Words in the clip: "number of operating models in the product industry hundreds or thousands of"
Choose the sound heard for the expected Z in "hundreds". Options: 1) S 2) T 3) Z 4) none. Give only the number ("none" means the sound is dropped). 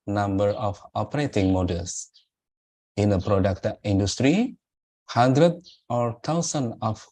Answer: 4